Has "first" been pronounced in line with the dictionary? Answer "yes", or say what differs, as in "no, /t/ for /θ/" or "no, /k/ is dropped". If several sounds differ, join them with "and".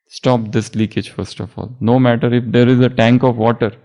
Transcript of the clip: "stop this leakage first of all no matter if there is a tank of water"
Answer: yes